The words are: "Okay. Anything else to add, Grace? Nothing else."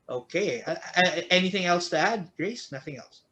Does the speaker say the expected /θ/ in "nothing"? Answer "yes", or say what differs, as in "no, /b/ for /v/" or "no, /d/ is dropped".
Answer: yes